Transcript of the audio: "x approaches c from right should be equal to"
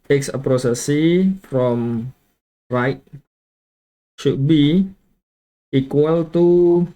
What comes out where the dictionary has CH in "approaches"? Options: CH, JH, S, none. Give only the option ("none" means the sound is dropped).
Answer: S